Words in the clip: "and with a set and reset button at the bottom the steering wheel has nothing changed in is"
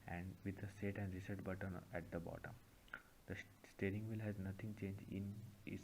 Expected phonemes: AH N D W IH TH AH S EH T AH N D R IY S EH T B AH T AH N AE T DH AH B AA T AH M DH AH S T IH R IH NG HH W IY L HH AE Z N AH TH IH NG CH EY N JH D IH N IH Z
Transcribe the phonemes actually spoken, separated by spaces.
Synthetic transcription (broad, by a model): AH N D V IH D AH S EH T AH N D R IY S EH T B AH T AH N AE T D AH B AA T AH M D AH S T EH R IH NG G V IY L HH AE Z N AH T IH NG CH EY N JH IH N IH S